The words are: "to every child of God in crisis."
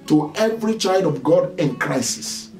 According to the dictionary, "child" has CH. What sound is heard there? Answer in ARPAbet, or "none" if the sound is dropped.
CH